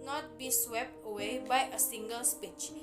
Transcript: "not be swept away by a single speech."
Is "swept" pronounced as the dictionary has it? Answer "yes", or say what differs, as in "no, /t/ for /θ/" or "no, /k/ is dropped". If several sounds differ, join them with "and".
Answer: yes